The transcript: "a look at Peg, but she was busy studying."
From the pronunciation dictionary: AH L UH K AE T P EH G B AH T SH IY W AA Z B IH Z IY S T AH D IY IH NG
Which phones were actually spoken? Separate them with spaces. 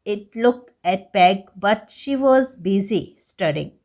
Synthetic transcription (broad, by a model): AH L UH K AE T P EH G B AH T SH IY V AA Z B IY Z IY S T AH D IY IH NG